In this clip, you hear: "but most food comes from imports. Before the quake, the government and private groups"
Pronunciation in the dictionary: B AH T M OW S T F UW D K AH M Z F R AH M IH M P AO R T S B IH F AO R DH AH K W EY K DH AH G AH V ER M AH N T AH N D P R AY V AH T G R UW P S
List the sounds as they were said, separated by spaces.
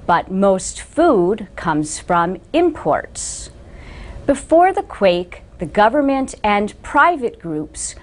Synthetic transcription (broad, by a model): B AH T M OW S T F UW D K AH M Z F R AH M IH M P AO R T S B IH F AO R DH AH K W EY K DH AH G AH V ER M AH N T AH N P R AY V AH T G R UW P S